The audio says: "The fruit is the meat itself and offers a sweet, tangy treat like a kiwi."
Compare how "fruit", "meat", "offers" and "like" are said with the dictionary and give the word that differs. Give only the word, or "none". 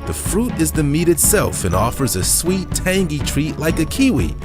none